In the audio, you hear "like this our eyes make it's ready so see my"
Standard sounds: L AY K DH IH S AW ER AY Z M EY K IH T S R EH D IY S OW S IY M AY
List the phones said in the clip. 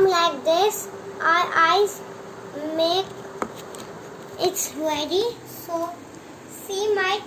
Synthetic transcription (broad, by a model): L AY K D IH S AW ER AY Z M EY K IH T S W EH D IY S OW S IY M AY